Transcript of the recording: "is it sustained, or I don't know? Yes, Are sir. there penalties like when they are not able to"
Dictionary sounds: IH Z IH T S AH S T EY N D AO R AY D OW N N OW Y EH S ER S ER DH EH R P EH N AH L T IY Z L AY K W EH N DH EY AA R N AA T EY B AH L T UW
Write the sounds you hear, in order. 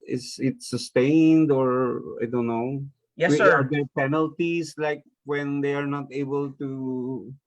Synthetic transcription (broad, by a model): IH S IH T S AH S T EY N D AO R AY D OW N N OW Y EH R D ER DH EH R P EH N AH L T IY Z L AY K W EH N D EY AA R N AA T EY B AH L T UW